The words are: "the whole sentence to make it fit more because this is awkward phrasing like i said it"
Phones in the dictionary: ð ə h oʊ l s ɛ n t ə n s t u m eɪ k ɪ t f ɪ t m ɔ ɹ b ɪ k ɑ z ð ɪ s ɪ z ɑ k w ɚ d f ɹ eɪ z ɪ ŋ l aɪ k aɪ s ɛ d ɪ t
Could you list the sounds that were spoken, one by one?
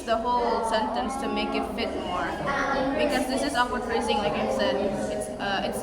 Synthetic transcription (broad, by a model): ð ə h oʊ l s ɛ n t ə n s t u m eɪ k ɪ t f ɪ t m ɔ ɹ b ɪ k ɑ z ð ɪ s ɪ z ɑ w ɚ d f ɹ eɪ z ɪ ŋ l aɪ k aɪ s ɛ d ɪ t